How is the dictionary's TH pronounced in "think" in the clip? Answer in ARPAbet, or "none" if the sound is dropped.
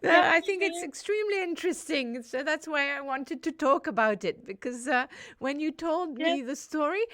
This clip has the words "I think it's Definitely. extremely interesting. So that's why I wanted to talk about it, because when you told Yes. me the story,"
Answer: TH